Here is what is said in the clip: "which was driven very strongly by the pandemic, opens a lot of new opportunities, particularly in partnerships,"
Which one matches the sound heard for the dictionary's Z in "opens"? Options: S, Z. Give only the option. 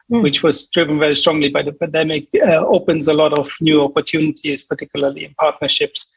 Z